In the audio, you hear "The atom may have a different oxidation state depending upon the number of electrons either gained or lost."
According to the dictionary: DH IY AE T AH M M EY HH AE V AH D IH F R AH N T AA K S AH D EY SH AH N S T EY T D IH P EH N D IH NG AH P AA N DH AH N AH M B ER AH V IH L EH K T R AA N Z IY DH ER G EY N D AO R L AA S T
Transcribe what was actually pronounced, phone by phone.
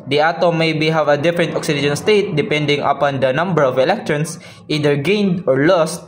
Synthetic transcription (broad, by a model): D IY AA T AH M M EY HH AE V AH D IH F R AH N T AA K S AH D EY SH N S T EY T D IH P EH N D IH NG AH P AA N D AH N AH M B ER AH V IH L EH K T R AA N S IY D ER G EY N D AO R L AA S T